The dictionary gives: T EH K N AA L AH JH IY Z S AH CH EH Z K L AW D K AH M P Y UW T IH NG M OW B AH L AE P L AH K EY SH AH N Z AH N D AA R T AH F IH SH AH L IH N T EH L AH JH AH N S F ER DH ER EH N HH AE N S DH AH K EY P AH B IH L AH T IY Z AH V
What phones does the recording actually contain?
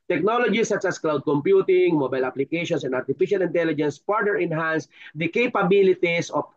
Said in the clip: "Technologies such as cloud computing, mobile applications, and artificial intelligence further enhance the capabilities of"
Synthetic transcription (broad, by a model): T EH K N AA L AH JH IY S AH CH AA S K L AW D K AH M P Y UW T IH NG M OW B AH L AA P L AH K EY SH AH N S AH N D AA R T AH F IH SH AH L IH N T EH L AH JH AH N S P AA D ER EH N HH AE N S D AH K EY P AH B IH L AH T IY S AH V